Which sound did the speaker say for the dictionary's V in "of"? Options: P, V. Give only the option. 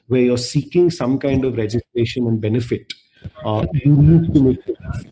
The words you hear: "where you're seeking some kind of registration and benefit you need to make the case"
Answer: V